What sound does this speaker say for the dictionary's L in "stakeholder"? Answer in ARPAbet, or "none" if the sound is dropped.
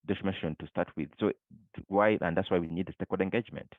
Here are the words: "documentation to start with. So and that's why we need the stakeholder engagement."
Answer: none